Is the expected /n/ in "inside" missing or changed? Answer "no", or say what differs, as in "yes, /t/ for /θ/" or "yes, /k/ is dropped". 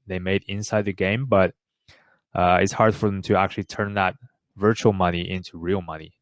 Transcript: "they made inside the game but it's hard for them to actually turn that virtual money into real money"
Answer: no